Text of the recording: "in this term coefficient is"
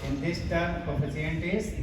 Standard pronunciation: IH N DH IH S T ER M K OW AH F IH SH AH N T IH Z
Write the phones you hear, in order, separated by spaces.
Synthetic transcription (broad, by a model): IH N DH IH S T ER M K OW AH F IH S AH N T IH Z